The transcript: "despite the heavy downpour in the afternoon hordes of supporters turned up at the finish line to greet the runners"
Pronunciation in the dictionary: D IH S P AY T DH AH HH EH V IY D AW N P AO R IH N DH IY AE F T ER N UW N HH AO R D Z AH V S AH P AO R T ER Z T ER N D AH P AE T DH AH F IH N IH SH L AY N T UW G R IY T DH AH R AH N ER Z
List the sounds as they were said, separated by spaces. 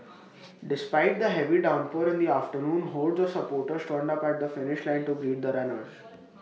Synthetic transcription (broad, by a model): D IH S P AY T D AH HH EH V IY D AW N P AO R IH N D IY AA F T ER N UW N HH AO L D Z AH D S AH P AO R T ER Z T ER N D AH P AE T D AH F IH N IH SH L AY N T UW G R IY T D AH R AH N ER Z